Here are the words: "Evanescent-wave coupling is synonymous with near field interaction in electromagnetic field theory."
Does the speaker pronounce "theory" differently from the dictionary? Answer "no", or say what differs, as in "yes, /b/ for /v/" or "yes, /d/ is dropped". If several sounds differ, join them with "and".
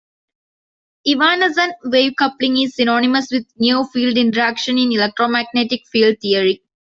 yes, /t/ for /θ/